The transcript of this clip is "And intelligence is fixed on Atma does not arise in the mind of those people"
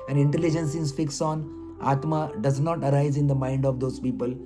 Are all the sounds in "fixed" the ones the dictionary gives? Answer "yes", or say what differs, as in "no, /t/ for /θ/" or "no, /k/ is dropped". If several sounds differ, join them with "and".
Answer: no, /t/ is dropped